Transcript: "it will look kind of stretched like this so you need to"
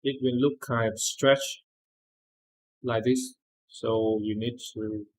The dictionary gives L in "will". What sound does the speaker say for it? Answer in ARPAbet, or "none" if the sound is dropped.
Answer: N